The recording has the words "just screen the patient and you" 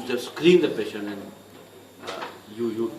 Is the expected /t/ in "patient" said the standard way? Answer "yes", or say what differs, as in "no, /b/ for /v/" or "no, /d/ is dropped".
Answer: no, /t/ is dropped